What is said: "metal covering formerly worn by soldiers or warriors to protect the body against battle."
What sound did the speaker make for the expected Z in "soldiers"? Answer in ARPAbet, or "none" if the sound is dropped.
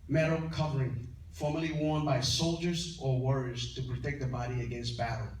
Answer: Z